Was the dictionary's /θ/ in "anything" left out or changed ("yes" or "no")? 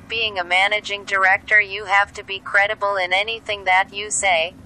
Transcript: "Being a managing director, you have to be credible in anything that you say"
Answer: no